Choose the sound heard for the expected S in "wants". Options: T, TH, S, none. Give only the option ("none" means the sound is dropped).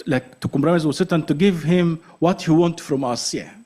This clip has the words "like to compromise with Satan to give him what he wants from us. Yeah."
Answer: none